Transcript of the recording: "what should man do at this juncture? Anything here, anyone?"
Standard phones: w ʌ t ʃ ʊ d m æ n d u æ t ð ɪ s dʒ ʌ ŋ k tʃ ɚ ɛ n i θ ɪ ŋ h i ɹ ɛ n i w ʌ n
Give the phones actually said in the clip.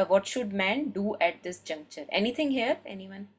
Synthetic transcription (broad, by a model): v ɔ t ʃ ʊ d m æ n d u æ t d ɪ s dʒ ʌ ŋ k tʃ ɚ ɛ n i t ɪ ŋ h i ɹ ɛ n i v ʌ n